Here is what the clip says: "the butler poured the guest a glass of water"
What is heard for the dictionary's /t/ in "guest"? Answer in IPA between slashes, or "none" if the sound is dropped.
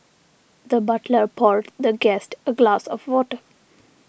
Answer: /t/